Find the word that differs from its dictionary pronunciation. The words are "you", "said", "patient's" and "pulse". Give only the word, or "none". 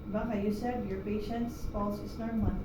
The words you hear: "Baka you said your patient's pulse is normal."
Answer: pulse